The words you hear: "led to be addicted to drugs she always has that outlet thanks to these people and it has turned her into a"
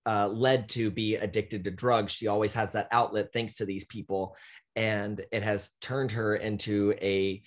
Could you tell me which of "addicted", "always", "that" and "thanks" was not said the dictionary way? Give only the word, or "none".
none